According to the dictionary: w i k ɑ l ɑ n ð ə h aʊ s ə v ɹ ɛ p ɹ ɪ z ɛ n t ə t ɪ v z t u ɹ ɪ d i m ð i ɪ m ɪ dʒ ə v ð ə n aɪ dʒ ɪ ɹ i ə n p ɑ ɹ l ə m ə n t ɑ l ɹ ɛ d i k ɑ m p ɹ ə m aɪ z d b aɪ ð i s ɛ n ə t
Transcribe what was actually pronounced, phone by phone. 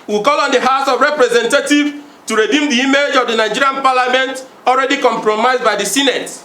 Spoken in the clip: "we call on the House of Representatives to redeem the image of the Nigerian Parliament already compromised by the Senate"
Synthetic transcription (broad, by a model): w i k ɑ l ɑ n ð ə h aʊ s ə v ɹ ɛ p ɹ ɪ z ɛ n t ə t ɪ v t u ɹ ɪ d i m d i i m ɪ dʒ ə v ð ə n aɪ dʒ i ɹ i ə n p ɑ l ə m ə n t ɑ l ɹ ɛ d i k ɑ m p ɹ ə m aɪ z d b aɪ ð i s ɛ n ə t